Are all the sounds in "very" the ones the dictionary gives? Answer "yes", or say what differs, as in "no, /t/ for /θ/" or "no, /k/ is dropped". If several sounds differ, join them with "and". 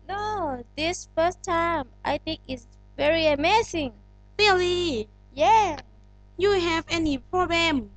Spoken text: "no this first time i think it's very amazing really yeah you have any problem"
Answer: yes